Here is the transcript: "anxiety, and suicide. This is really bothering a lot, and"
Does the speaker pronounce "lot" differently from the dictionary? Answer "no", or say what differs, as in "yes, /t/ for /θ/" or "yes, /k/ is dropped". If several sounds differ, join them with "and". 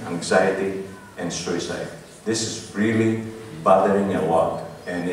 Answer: yes, /w/ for /l/